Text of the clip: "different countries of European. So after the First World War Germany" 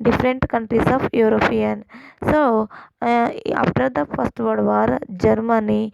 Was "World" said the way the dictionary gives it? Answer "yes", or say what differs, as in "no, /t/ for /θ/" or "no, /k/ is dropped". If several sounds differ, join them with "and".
no, /l/ is dropped